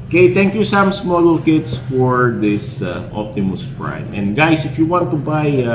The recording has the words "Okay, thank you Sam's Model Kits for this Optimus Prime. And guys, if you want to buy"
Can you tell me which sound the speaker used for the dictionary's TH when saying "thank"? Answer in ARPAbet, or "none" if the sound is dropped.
T